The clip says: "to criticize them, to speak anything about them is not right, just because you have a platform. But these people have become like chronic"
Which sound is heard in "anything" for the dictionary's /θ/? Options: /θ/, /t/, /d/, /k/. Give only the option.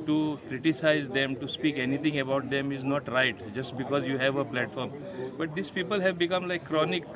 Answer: /t/